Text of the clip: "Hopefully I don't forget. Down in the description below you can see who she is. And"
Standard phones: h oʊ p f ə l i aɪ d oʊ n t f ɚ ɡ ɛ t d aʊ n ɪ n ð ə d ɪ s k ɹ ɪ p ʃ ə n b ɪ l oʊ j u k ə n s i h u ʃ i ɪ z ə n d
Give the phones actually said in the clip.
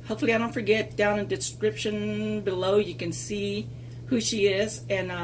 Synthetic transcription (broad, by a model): h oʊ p f l i aɪ d oʊ n t f ɚ ɡ ɛ t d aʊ ɪ n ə d ɪ s k ɹ ɪ p ʃ ə n b ɪ l oʊ j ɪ k ə n s i h u ʃ i ɪ z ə n